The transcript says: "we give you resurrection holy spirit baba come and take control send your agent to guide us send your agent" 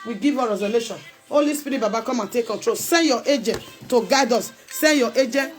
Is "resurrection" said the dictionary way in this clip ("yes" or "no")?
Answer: no